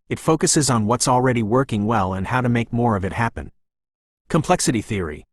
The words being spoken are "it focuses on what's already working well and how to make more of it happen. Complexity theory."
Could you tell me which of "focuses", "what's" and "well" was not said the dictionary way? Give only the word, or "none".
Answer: none